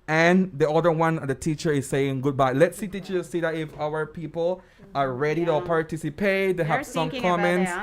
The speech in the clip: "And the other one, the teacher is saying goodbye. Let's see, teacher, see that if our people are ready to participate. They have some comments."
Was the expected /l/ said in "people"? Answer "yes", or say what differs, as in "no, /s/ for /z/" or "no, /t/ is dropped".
yes